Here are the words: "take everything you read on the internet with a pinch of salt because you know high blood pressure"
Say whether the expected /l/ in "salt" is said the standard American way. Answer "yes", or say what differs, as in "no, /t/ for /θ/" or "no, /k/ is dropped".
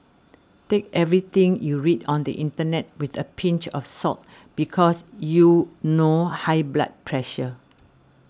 no, /l/ is dropped